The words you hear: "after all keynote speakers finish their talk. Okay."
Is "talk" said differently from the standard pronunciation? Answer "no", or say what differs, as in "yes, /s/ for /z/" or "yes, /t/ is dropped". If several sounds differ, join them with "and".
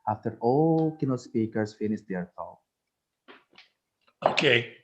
yes, /k/ is dropped